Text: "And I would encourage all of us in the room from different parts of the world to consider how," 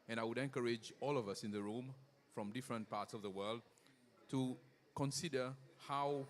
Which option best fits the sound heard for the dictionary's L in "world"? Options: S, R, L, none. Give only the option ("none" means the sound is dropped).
L